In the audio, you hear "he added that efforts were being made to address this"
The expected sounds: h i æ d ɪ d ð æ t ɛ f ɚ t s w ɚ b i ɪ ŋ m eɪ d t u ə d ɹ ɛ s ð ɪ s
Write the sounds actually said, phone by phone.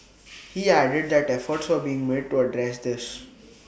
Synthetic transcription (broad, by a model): h i æ d ɪ d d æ t ɛ f ɚ t s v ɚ b i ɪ ŋ m eɪ d t u ə d ɹ ɛ s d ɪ s